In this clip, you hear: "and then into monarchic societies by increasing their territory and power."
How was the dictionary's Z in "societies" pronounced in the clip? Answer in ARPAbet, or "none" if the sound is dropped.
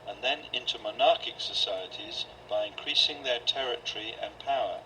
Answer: Z